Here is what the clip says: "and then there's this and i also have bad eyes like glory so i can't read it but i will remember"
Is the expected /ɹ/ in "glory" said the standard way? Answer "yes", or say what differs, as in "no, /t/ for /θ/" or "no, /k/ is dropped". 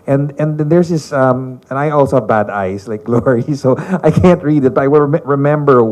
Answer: yes